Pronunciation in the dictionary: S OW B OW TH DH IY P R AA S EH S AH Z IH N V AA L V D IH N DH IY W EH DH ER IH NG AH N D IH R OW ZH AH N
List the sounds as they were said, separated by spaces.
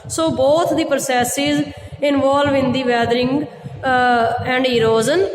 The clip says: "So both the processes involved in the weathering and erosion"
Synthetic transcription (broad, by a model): S OW B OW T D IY P R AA S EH S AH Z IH N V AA L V IH N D IY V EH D ER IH NG AH N D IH R OW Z AH N